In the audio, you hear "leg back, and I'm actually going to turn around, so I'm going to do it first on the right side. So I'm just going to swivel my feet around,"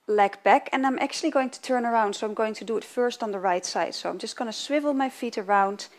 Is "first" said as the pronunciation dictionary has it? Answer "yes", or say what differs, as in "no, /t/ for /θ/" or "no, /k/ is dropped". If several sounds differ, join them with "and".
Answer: yes